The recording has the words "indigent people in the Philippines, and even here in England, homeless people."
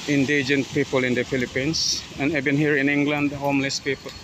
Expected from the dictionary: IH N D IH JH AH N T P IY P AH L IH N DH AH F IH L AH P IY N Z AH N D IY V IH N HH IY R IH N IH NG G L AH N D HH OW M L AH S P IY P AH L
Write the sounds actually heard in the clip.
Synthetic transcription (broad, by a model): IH N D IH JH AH N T P IY P AH L IH N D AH F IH L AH P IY N S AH N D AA B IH N HH IY R IH N IH NG G L AH N D HH OW M L AH S P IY P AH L